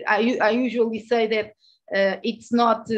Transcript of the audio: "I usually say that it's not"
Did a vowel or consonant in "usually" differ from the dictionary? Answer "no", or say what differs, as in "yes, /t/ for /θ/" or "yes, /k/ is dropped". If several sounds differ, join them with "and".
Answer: no